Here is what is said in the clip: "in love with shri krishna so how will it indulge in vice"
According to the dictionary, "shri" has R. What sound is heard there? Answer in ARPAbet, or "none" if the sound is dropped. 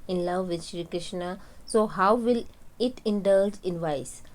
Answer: R